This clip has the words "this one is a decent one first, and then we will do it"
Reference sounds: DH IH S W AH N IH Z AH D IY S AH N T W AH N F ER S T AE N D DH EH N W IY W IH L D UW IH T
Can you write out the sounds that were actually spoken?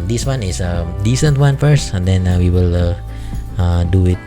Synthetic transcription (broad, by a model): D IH S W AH N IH S AH D IY S AH N T W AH N F ER S T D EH N W IY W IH L D UW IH T